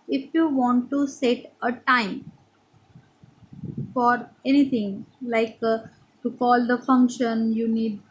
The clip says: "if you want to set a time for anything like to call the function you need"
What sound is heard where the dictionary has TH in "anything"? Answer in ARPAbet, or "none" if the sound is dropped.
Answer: T